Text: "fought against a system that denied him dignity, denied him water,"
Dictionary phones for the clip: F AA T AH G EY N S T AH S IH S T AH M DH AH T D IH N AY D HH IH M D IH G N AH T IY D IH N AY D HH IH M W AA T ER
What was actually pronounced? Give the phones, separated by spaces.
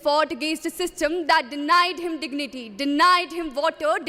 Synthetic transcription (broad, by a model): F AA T G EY S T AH S IH S T AH M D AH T D IH N AY D HH IH M D IH G N AH T IY D IH N AY D HH IH M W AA T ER